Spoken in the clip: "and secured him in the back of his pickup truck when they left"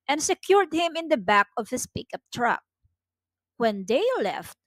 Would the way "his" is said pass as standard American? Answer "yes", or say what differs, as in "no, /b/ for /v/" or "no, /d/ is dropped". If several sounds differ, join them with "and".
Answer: no, /s/ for /z/